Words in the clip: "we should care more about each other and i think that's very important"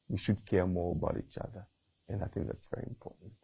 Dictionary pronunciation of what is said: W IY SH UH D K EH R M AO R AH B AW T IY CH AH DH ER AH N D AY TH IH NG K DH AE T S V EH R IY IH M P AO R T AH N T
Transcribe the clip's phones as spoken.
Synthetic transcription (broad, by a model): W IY SH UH D K EH R M AO R AH B AW T IY CH AH DH ER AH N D AY TH IH NG K DH AE T S V EH R IY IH M P AO R T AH N T